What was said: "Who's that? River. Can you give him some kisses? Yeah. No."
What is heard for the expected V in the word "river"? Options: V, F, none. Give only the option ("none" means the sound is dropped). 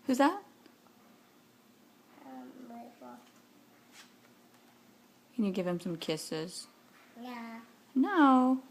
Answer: F